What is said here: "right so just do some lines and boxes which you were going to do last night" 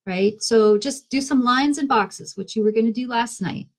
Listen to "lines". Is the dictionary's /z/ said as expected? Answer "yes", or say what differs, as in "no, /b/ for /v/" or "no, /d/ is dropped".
yes